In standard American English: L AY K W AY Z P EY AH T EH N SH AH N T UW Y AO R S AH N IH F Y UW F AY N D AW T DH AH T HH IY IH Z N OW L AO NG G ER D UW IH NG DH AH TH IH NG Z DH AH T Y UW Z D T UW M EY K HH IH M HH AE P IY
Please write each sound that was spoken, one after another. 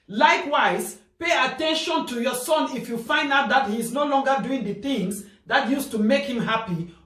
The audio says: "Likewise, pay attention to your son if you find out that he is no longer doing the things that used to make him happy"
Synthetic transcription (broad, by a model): L AY K W AY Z P EY AH T EH N SH AH N T UW Y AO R S AH N IH F Y UW F AY N D AW T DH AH T HH IY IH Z N OW L AO NG G ER D UW IH NG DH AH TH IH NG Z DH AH T Y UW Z T UW M EY K HH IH M HH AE P IY